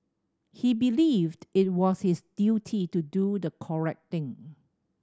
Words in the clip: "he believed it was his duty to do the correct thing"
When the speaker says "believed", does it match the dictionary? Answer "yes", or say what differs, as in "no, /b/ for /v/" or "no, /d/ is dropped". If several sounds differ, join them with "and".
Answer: yes